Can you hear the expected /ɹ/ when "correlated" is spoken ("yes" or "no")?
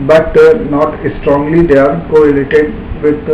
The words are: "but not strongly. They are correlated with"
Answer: no